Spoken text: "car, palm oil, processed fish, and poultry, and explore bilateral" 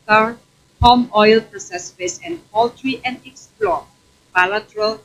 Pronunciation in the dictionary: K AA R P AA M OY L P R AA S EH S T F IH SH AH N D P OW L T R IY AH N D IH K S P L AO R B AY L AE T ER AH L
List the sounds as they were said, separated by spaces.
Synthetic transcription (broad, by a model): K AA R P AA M OY L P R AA S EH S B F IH S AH N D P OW L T R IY AH N D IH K S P L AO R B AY L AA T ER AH L